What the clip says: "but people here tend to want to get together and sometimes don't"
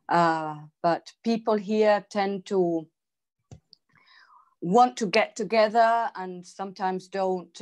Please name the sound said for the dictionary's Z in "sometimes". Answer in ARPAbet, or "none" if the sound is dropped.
Z